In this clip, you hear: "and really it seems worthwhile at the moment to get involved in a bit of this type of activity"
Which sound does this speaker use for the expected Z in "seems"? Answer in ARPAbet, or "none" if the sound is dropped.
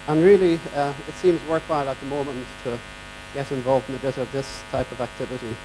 Z